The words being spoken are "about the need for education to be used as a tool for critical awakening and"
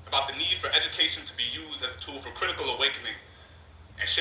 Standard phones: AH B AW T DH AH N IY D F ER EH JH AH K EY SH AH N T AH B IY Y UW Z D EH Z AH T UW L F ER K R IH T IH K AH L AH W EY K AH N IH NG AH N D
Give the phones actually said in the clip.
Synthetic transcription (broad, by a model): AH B AW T DH AH N IY D F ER EH JH AH K EY SH AH N T AH B IY Y UW Z D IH Z AH T UW L F ER K R IH T IH K AH L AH W EY K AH N IH NG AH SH